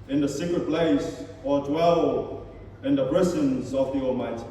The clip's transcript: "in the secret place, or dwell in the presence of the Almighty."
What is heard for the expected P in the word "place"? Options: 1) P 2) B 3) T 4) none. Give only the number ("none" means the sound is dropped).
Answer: 1